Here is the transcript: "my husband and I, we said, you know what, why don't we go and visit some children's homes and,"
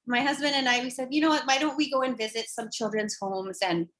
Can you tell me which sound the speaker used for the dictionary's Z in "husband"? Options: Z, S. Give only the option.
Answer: Z